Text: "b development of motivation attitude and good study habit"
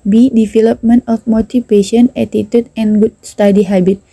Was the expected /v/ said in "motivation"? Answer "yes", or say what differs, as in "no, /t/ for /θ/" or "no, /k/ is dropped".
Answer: no, /p/ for /v/